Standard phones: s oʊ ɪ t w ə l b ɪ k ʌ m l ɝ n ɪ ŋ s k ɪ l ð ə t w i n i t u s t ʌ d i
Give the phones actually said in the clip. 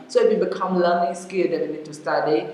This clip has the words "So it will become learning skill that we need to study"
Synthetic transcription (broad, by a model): s oʊ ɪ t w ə b ɪ k ʌ m l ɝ l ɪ s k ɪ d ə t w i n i t u s t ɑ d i